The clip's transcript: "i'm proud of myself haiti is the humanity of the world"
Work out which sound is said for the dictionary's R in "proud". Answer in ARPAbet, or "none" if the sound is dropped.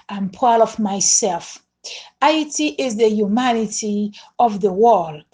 none